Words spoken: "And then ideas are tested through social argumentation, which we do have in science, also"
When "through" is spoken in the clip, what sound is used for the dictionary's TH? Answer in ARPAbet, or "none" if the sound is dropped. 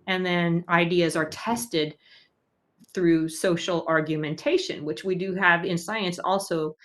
TH